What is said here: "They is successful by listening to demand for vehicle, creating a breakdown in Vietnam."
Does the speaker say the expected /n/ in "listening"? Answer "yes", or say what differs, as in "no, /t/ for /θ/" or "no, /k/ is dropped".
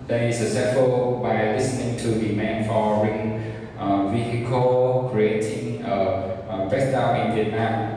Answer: yes